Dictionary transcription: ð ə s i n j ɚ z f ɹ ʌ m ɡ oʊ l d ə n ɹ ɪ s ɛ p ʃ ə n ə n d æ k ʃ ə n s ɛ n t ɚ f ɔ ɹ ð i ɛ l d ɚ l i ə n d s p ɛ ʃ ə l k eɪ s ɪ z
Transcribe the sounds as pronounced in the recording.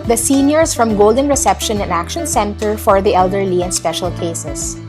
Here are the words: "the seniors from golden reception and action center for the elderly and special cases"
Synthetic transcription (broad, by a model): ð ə s i n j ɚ s f ɹ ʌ m ɡ oʊ l d ə n ɹ ɪ s ɛ p ʃ ə n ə n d æ k ʃ ə n s ɛ n t ɚ f ɔ ɹ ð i ɛ l d ɚ l i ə n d s p ɛ ʃ ə l k eɪ s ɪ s